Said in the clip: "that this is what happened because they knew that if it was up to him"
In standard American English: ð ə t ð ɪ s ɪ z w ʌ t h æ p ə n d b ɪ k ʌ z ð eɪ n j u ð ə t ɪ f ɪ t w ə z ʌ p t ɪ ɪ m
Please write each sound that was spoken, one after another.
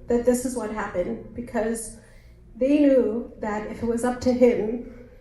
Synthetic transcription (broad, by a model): ð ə t ð ɪ s ɪ z w ʌ t h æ p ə n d b ɪ k ʌ z ð eɪ n j u ð ə t ɪ f ɪ t w ə z ʌ p t ɪ ɪ m